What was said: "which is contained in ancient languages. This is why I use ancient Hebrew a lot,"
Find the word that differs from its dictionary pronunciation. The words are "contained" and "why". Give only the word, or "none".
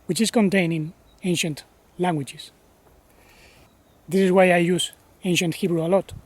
contained